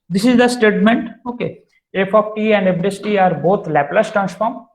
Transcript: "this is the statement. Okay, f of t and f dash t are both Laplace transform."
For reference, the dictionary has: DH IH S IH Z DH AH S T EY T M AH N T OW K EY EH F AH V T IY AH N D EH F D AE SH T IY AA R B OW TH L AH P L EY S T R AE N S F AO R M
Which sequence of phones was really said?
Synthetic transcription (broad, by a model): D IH S IH Z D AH S T EY T M AH N T OW K EY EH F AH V T IY AH N D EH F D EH S T IY AA R B OW T L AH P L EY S T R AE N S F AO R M